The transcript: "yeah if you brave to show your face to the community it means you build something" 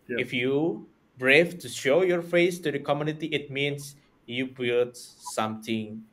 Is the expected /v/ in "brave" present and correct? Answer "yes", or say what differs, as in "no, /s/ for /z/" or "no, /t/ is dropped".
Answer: no, /f/ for /v/